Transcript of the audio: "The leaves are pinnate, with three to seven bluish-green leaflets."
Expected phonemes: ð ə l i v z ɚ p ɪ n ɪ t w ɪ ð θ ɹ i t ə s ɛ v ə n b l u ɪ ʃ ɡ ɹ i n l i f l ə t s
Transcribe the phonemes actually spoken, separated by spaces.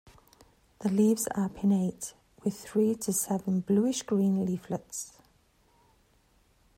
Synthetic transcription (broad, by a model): ð ə l i v z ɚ p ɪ n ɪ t w ɪ ð θ ɹ i t ə s ɛ v ə n b l u ɪ ʃ ɡ ɹ i n l i f l ə t s